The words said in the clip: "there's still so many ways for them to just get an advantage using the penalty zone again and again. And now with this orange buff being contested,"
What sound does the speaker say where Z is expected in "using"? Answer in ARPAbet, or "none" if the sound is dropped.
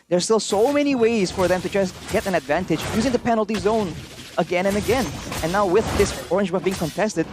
Z